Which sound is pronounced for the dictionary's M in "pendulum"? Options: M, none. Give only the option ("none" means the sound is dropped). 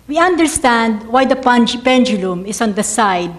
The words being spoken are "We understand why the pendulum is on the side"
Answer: M